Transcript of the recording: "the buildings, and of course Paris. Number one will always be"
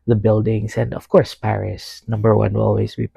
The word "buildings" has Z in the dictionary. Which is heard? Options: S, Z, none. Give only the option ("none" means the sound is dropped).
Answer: S